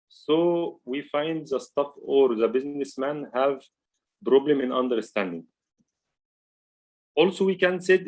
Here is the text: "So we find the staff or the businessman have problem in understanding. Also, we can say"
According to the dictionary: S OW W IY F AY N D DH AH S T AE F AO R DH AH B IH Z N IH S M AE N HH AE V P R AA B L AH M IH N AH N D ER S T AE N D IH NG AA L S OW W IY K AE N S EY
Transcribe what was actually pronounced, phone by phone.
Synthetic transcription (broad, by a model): S OW W IY F AY N D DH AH S T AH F AO R DH AH B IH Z N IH S M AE N HH AE V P R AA B L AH M IH N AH N D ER S T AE N D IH NG AA L S OW W IY K AE N S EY